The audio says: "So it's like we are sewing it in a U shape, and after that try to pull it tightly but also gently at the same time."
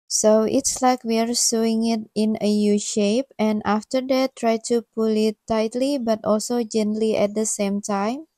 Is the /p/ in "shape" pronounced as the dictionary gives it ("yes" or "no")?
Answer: yes